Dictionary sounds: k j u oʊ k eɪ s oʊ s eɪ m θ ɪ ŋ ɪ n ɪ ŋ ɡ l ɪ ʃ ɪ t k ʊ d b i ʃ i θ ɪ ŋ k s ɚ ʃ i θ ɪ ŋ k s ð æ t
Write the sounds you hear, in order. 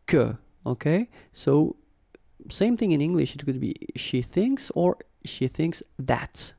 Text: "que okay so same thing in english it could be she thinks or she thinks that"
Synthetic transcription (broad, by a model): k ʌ oʊ k eɪ s oʊ s eɪ m θ ɪ ŋ ɪ n ɪ ŋ ɡ l ɪ ʃ ɪ t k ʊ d b i ʃ i θ ɪ ŋ k s ɚ ʃ i θ ɪ ŋ k s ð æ t